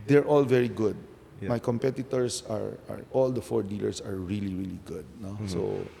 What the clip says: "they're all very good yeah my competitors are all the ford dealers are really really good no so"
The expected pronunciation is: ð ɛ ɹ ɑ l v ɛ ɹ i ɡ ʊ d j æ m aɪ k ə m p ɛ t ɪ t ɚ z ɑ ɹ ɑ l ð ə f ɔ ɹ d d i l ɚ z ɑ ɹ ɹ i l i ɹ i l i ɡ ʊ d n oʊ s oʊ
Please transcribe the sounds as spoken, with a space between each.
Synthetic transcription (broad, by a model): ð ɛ ɹ ɑ l v ɛ ɹ i ɡ ʊ d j m aɪ k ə m p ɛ t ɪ t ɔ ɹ ɑ ɹ ɑ l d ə f ɔ ɹ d d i l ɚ s ɑ ɹ ɹ i l i ɹ i l i ɡ ʊ d n oʊ s oʊ